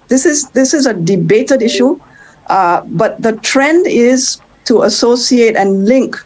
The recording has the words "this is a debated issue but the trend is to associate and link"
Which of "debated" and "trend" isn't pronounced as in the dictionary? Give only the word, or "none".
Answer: none